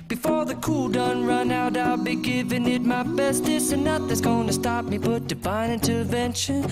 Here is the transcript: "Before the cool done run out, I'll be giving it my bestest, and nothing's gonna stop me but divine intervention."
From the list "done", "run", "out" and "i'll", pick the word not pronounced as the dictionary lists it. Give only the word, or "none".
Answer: none